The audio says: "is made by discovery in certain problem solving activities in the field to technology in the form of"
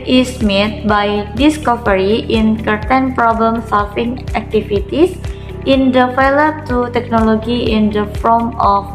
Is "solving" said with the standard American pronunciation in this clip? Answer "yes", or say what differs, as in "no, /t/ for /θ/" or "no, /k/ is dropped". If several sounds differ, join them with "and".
no, /f/ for /v/